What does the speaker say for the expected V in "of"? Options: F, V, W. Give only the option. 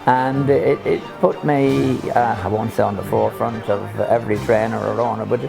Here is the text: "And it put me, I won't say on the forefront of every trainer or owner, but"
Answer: V